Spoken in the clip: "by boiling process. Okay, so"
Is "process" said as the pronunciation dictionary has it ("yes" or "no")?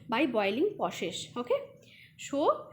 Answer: no